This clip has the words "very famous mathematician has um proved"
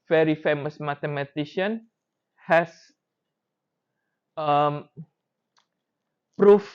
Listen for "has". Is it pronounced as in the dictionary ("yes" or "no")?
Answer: no